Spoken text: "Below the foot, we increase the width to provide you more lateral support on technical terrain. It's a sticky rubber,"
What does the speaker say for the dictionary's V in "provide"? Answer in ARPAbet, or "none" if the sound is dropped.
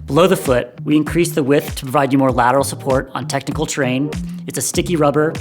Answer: V